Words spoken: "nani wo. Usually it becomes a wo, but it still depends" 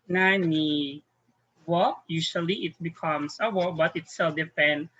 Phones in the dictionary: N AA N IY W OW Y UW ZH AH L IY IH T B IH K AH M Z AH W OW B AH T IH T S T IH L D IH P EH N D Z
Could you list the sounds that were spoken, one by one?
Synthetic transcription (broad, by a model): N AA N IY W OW Y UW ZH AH L IY IH T B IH K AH M S AH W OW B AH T IH T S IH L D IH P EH N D